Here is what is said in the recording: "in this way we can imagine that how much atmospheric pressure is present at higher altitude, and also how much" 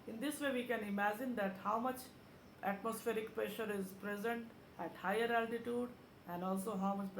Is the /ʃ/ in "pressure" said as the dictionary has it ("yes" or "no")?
yes